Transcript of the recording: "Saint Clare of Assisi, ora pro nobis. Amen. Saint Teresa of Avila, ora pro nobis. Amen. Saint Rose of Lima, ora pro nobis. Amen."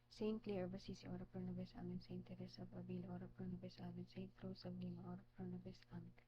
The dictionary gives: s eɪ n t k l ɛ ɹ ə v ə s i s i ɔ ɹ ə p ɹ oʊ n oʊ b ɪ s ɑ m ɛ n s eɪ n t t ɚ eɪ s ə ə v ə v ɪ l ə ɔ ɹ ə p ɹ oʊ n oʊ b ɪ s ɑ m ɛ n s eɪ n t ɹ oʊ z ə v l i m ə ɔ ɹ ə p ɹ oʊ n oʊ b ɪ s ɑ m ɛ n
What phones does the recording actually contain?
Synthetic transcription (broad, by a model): s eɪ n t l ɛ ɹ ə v ə s i s i ɔ ɹ ə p ɹ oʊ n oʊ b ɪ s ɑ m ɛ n s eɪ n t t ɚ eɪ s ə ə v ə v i l ɔ ɹ ə p ɹ oʊ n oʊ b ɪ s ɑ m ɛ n s eɪ n t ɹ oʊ s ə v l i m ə ɔ ɹ ə p ɹ oʊ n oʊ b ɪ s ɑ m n